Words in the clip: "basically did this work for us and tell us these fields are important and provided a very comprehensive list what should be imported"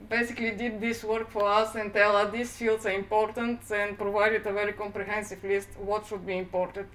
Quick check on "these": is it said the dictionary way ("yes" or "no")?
no